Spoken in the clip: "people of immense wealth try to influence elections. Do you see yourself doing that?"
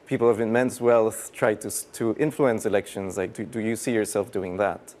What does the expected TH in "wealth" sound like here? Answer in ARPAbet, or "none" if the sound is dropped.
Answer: TH